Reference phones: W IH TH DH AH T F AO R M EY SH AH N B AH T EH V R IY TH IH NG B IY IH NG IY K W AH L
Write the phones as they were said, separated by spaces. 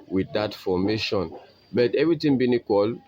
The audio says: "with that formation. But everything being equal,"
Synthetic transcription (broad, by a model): W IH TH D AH T F AO M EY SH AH N B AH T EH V R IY T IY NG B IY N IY K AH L